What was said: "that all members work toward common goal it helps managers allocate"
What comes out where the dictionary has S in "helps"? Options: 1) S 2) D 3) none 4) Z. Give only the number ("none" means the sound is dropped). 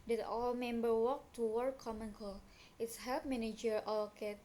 3